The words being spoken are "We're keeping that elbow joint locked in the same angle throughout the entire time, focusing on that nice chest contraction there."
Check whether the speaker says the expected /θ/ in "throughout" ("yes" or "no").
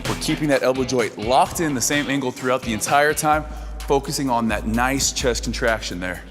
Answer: yes